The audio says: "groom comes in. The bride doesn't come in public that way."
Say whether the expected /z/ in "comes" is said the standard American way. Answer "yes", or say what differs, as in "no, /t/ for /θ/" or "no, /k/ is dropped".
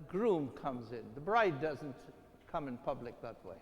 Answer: yes